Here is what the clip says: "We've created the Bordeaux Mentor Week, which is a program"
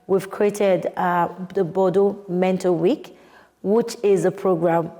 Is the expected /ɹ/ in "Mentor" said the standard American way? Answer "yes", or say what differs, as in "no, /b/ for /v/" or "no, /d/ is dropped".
no, /l/ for /ɹ/